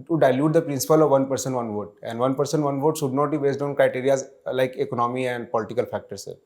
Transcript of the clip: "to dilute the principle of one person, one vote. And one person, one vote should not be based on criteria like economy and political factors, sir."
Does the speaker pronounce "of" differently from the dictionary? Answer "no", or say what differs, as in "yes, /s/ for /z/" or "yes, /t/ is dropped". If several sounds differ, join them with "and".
no